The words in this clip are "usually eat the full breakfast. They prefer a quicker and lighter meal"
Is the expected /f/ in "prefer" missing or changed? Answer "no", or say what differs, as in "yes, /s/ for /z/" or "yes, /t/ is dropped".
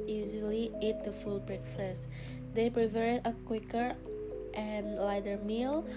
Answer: yes, /p/ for /f/